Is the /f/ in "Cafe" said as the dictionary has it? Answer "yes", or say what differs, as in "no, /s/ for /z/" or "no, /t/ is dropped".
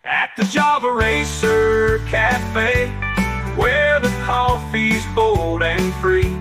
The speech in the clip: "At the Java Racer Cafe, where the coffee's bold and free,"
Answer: yes